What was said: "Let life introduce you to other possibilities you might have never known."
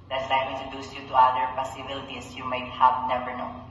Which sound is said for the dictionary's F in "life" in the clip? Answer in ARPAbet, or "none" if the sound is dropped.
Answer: none